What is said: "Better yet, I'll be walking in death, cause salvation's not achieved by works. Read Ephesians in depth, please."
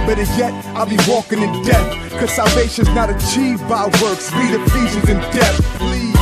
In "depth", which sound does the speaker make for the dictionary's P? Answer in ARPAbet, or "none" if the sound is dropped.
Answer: none